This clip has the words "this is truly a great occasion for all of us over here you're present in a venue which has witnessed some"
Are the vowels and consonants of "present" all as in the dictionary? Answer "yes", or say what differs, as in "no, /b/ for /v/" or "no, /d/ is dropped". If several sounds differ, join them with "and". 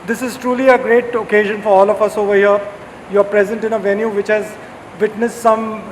yes